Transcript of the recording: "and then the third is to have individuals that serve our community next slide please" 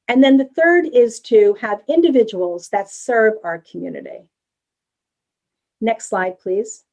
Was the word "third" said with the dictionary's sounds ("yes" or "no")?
yes